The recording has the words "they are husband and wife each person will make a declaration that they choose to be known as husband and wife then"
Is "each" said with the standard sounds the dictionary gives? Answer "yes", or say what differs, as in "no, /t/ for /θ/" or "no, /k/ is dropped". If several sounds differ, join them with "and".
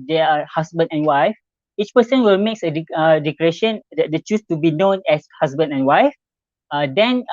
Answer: yes